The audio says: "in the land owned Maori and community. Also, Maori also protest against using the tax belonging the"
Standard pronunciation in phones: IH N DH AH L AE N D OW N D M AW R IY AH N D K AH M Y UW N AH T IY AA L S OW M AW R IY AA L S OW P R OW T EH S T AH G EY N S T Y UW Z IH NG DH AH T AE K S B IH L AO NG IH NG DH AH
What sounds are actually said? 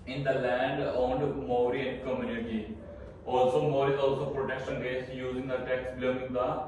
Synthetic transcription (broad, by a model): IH N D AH L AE N D OW N D M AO R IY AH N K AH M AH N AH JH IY AA L S OW M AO R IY AA L S OW P R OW T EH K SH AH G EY S Y UW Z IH NG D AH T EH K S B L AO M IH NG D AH